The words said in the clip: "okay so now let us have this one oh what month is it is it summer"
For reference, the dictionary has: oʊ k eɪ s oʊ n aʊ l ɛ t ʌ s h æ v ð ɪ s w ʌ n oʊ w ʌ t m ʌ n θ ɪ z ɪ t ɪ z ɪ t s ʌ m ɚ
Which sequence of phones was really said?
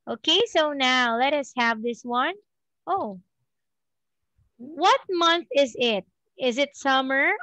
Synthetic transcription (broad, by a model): oʊ k eɪ s oʊ n aʊ l ɛ t ʌ s h æ v ð ɪ s w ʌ n oʊ w ʌ t m ʌ n θ ɪ z ɪ t ɪ z ɪ t s ʌ m ɚ